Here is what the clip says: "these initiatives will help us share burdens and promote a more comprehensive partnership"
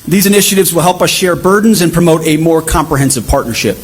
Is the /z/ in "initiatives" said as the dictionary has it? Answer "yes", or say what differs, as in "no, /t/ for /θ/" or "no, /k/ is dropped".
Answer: yes